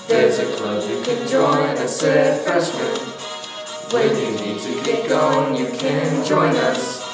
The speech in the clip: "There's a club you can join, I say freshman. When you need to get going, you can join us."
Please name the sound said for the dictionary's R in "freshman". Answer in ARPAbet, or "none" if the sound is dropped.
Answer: none